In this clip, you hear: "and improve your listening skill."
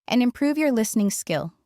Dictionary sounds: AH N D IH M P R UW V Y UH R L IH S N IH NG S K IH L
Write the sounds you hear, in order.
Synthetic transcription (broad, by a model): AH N IH M P R UW V Y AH R L IH S N IH NG S K IH L